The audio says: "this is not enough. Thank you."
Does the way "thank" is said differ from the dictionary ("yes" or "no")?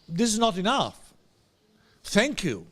no